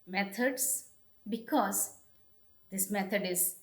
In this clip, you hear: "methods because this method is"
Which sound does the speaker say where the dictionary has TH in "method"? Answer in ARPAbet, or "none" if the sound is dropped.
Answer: T